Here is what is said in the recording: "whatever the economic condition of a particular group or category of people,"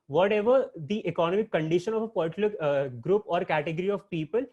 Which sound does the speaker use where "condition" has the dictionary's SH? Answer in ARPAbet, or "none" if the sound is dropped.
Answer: SH